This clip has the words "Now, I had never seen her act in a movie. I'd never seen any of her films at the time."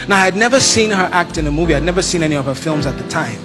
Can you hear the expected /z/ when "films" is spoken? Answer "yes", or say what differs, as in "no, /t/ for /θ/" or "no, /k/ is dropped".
yes